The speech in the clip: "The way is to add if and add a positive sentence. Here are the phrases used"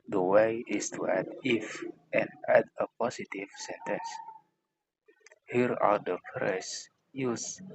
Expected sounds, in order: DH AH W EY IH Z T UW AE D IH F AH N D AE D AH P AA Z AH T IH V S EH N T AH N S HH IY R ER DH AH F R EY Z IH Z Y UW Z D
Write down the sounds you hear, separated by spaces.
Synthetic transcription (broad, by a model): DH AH W EY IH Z T UW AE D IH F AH N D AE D AH P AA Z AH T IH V S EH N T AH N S HH IY R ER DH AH P R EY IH S Y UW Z